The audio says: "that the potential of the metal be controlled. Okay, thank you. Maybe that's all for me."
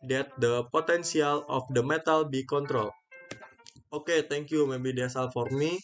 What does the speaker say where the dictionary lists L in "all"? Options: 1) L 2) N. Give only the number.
1